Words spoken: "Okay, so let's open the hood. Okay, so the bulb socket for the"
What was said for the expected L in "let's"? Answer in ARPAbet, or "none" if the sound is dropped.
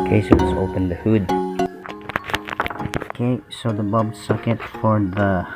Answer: W